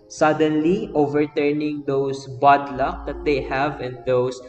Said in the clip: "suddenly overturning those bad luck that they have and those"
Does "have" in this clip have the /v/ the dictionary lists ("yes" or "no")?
yes